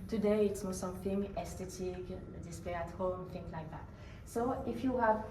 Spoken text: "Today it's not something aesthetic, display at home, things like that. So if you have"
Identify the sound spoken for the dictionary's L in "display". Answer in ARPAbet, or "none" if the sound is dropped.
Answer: none